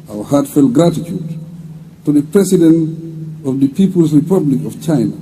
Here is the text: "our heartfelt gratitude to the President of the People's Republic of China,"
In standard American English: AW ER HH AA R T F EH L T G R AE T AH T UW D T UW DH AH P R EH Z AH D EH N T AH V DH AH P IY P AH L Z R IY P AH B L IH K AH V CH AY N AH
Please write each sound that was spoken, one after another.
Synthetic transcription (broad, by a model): AW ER HH AA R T F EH L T G R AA T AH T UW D T UW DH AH P R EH S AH D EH N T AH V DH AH P IY P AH L S R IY P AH B L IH K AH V CH AY N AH